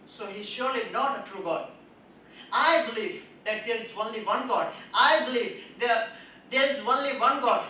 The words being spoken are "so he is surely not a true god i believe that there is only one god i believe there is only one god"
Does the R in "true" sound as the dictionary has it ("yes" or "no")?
yes